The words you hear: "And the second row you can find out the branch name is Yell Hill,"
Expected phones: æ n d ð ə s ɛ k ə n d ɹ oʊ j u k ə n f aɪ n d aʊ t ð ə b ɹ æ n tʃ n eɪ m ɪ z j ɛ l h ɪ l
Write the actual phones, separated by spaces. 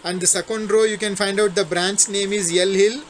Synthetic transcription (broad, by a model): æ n d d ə s ɛ k ə n d ɹ oʊ j u k ə n f aɪ n d aʊ t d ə b ɹ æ n s n eɪ m ɪ z j ɛ l h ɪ l